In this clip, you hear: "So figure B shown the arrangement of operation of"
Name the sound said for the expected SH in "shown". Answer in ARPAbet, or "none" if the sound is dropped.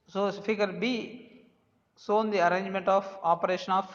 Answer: S